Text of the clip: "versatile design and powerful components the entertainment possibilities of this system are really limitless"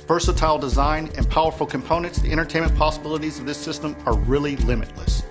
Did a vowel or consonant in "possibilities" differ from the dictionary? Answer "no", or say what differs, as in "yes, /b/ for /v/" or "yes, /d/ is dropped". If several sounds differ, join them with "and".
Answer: no